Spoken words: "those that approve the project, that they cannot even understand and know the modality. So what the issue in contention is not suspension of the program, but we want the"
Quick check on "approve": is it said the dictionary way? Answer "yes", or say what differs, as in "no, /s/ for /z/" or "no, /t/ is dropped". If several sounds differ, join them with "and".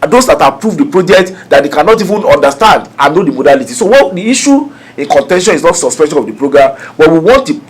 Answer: yes